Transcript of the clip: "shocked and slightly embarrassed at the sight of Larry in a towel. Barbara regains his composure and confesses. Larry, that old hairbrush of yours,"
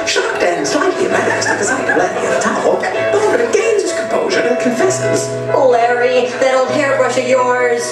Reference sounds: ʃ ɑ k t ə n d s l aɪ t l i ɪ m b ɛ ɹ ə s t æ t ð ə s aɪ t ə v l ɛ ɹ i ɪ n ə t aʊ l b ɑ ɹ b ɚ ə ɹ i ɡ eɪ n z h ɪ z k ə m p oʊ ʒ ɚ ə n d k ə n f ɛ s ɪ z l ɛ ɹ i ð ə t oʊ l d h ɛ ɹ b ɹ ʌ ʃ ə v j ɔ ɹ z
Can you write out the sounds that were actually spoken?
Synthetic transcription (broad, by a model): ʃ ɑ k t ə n s l aɪ t l i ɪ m ɛ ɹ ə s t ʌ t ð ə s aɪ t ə l ɛ ɹ i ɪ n ə t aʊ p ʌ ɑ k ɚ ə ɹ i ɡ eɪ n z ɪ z k ə m p oʊ ʒ ɚ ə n k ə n f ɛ s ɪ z l ɛ ɹ i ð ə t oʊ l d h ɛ ɹ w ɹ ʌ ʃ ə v j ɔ ɹ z